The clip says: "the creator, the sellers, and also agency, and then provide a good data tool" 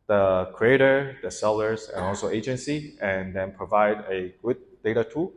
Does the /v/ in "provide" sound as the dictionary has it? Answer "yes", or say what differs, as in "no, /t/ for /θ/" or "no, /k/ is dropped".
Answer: yes